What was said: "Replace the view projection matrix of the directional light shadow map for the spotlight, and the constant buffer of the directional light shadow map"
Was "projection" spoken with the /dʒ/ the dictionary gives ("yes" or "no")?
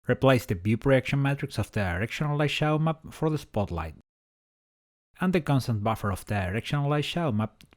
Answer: no